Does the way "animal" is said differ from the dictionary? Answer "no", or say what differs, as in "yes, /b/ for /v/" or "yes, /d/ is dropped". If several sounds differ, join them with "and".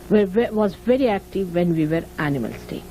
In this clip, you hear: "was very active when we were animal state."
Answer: no